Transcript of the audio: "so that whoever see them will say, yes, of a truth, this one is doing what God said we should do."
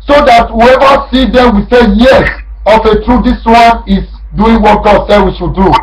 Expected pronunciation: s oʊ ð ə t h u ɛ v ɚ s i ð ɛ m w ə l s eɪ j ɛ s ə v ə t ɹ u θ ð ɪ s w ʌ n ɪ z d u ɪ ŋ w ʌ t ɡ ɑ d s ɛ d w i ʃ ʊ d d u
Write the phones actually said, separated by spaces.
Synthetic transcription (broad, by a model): s oʊ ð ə t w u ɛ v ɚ s i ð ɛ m w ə s eɪ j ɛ ə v ə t ɹ u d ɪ s w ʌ n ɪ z d u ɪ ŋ w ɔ t ɡ ɑ d s ɛ d w i ʃ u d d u